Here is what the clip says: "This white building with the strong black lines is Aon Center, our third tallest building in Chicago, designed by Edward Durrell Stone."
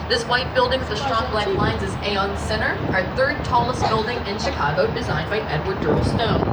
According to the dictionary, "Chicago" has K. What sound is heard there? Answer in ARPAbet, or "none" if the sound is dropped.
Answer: K